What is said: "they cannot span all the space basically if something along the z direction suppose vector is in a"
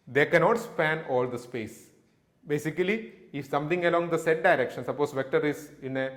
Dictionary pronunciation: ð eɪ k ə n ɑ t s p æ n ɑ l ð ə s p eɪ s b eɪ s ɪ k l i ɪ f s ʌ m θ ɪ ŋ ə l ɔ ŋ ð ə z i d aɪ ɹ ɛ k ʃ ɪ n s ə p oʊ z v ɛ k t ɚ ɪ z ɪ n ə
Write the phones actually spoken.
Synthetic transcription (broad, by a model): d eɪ k ə n ɑ t s p æ n ɑ l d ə s p eɪ s b eɪ s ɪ k l i ɪ f s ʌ m t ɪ ŋ ə l ɔ ŋ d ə s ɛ d aɪ ɹ ɛ k ʃ ɪ n s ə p oʊ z v ɛ k t ɚ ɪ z ɪ n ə